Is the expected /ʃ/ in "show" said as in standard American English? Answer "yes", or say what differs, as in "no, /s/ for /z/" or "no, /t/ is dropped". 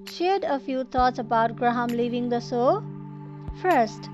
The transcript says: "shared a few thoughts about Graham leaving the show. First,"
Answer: no, /s/ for /ʃ/